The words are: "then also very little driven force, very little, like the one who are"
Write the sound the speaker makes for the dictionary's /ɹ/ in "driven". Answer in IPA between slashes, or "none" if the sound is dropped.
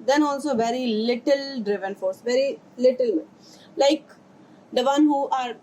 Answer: /ɹ/